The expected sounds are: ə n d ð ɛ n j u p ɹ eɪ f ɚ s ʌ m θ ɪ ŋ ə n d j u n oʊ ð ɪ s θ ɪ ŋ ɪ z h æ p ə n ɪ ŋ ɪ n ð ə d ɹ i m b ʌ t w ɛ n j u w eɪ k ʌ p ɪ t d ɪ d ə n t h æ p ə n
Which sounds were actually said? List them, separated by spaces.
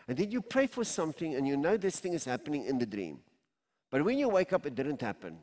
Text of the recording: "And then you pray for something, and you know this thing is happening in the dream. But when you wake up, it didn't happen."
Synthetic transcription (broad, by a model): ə n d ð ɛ n j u p ɹ eɪ f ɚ s ʌ m θ ɪ ŋ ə n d j u n oʊ ð ɪ s θ ɪ ŋ ɪ z h æ p ə n ɪ ŋ ɪ n ð ə d ɹ i m b ʌ t w ɛ n j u w eɪ k ʌ p ɪ t d ɪ d ə n t h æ p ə n